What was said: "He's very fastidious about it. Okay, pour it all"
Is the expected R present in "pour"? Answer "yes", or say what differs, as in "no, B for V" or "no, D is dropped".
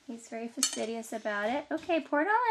yes